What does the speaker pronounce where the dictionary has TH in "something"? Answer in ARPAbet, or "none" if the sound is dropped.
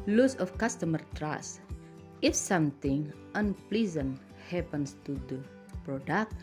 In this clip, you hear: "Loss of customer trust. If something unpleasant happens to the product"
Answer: T